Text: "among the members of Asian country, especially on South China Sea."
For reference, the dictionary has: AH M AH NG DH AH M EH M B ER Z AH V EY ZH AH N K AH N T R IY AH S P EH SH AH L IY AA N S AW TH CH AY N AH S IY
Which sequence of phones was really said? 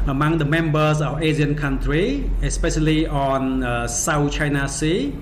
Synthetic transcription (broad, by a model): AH M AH NG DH AH M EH M B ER S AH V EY Z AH N K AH N T R IY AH S P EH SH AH L IY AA N S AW T CH AY N AH S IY